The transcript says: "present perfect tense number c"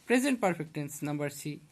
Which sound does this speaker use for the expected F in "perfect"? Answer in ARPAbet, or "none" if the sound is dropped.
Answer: P